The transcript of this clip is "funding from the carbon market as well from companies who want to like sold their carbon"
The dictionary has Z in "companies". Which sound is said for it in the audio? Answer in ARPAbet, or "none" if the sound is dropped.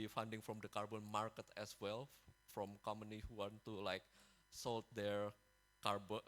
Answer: none